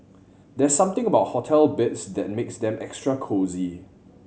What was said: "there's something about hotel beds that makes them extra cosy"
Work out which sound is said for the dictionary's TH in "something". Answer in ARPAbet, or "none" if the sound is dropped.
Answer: T